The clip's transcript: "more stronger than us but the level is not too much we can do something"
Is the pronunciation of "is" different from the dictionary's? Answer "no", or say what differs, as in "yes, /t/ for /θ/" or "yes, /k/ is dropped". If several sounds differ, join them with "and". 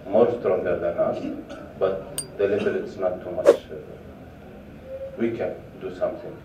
yes, /s/ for /z/